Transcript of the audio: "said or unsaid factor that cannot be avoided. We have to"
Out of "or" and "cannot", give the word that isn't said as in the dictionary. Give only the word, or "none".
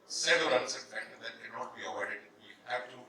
or